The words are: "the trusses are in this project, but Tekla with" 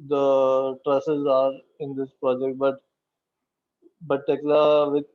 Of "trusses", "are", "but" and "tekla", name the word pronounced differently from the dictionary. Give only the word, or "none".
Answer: none